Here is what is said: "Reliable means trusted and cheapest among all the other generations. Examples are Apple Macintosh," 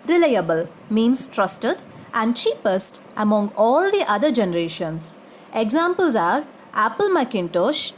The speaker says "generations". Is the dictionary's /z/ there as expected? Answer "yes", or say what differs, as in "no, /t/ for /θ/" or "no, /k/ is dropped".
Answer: no, /s/ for /z/